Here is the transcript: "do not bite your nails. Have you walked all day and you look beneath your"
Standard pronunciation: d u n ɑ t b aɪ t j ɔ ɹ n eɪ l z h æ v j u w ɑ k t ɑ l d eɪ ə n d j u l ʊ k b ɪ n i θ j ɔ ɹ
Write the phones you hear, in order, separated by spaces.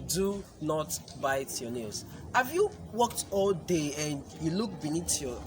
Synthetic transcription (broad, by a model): d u n ɑ t b aɪ t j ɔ n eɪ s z h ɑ v j u w ɑ k t ɑ l d eɪ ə n j u l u k b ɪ n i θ j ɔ